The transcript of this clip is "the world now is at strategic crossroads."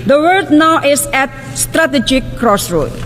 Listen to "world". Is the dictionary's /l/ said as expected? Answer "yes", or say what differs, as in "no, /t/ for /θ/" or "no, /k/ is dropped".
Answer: no, /l/ is dropped